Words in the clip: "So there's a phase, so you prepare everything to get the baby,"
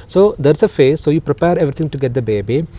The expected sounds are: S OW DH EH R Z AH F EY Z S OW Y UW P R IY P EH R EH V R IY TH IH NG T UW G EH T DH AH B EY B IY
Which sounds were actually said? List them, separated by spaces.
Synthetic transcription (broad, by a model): S OW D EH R S AH F EY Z S OW Y UW P R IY P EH R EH V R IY T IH NG T UW G EH T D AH B EY B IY